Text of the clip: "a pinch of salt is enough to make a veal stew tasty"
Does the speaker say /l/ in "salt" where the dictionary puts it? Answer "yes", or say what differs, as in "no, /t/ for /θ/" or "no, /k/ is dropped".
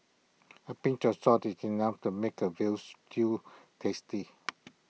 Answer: no, /l/ is dropped